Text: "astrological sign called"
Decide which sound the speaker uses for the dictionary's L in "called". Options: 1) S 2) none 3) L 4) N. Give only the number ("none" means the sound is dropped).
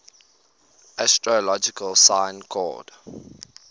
2